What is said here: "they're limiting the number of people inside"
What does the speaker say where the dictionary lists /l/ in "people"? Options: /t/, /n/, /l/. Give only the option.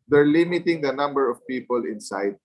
/l/